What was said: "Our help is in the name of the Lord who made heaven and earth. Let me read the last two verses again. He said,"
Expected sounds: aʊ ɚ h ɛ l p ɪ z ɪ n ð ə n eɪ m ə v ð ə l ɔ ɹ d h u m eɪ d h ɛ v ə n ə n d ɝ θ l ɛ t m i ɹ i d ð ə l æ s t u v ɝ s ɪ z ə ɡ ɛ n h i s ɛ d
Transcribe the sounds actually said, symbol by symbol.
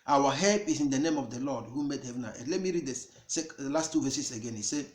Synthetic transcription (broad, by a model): aʊ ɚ h ɛ l p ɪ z ɪ n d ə n eɪ m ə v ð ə l ɔ d h u m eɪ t h ɛ v ə n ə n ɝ l ɛ t m i ɹ i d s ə l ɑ s t u v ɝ s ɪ s ə ɡ ɛ n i s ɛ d